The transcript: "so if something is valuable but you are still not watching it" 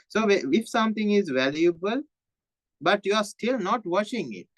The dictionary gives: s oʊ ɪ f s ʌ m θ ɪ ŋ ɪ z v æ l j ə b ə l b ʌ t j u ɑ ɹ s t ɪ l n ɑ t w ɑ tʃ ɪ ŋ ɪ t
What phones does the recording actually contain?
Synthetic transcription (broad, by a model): s oʊ ɪ f s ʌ m t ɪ ŋ ɪ z v æ l j ə b ə l b ʌ t j u ɑ ɹ s t ɪ l n ɑ t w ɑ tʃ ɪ ŋ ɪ t